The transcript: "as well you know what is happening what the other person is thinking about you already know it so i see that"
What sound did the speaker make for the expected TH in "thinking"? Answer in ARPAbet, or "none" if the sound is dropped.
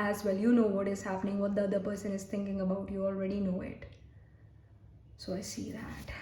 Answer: T